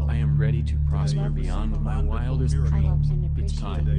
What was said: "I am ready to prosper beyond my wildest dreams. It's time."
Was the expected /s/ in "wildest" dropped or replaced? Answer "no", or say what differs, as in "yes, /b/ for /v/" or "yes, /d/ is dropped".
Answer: yes, /s/ is dropped